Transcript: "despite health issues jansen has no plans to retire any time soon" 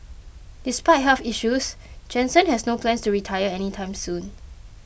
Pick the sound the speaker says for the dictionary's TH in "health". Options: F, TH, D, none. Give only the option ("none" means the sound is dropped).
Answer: F